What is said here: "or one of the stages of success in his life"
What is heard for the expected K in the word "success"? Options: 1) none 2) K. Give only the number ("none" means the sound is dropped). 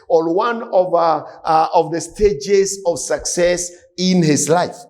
2